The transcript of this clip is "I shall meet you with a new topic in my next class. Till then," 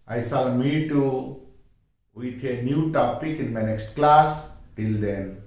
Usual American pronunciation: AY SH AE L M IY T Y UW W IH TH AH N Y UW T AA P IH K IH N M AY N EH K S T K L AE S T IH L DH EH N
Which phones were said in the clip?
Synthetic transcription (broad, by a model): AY S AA L M IY T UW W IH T AH N Y UW T AA P IH K IH N M AY N EH K S T K L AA S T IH L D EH N